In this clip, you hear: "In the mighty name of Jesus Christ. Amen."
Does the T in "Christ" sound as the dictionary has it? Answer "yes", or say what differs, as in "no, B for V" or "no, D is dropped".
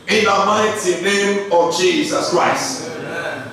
yes